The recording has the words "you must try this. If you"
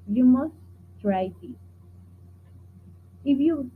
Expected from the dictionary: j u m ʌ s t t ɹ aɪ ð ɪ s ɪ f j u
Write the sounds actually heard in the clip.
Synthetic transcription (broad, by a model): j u m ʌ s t t ɹ aɪ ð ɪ ɪ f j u